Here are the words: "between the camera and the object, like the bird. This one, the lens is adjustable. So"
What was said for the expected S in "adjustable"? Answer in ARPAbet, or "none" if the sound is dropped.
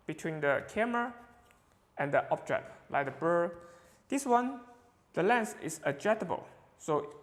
none